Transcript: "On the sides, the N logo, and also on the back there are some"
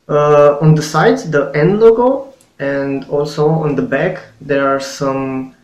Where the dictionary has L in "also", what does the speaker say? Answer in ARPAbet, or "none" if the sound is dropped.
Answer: L